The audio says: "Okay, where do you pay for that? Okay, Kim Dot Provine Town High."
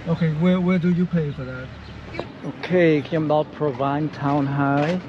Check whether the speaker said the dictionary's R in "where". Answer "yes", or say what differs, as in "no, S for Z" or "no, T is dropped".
no, W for R